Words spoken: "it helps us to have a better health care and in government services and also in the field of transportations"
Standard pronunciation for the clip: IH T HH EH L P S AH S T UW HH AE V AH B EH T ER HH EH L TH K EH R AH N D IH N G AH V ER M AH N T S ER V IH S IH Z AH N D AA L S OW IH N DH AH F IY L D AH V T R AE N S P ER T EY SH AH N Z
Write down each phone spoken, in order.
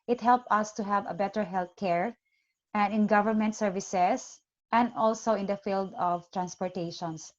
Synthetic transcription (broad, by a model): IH T HH EH L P AH S T UW HH AE V AH B EH T ER HH EH L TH K EH R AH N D IH N G AH V ER M AH N T S ER V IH S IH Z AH N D AA L S OW IH N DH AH F IY L D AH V T R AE N S P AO T EY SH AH N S